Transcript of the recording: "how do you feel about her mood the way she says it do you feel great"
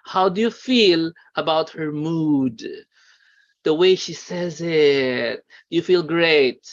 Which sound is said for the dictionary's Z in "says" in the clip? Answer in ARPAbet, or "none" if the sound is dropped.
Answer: Z